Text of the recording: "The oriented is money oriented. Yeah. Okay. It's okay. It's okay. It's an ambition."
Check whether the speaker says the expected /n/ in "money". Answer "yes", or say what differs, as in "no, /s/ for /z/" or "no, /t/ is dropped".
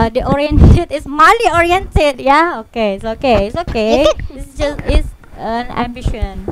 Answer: no, /l/ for /n/